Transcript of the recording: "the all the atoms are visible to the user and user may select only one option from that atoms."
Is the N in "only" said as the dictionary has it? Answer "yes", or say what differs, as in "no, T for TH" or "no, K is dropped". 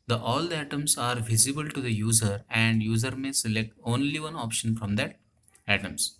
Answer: yes